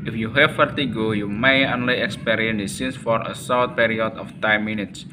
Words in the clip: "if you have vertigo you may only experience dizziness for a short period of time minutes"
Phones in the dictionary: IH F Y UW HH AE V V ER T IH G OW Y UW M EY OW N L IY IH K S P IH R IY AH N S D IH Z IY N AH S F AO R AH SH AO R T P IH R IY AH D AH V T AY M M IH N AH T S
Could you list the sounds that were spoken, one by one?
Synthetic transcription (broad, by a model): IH F Y UW HH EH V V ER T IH G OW Y UW M EY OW N L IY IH K S P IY R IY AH N D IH S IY N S F AO R AH S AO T P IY R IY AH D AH F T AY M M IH N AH T S